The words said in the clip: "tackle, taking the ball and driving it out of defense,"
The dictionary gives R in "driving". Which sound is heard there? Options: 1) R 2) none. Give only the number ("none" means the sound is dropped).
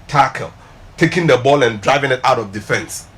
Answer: 1